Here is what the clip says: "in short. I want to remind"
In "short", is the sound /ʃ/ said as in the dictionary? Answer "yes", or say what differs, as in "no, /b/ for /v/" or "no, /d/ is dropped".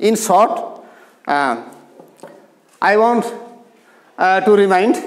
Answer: no, /s/ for /ʃ/